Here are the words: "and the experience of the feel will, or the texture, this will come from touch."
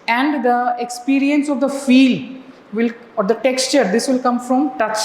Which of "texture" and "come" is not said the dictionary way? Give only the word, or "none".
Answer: none